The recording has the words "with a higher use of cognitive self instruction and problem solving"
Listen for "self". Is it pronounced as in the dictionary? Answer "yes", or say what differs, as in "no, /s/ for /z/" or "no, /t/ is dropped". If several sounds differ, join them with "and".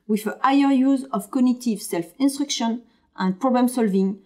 yes